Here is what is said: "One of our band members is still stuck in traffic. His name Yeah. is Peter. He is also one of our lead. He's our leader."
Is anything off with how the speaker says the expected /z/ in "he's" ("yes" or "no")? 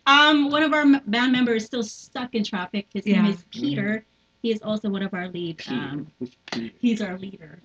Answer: no